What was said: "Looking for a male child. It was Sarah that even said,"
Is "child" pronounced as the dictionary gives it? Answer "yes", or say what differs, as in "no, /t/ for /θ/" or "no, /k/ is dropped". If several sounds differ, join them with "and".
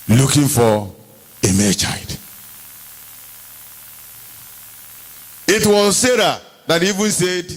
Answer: no, /l/ is dropped